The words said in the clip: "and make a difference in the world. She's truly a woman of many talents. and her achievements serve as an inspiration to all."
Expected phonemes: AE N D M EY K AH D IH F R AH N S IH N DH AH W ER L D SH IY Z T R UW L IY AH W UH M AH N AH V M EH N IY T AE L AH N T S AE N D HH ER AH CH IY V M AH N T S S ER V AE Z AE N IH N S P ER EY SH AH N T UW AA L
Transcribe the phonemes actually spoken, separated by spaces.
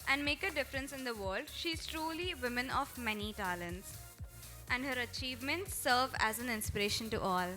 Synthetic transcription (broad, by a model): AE N D M EY K AH D IH F R AH N S IH N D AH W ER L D SH IY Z T R UW L IY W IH M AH N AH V M EH N IY T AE L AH N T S AE N D HH ER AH CH IY V M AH N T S S ER V AE Z AE N IH N S P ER EY SH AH N T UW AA L